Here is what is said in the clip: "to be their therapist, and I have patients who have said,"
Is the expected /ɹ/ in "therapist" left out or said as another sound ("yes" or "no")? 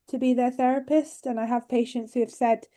no